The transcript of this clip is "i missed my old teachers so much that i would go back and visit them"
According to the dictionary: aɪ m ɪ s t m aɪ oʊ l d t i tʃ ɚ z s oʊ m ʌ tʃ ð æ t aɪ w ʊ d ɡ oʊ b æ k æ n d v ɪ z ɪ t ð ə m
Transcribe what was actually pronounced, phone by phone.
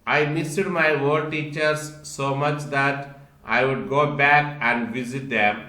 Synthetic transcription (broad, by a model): aɪ m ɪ s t m aɪ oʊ d t i tʃ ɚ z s oʊ m ʌ tʃ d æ t aɪ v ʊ d ɡ oʊ b æ k æ n d v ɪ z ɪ t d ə m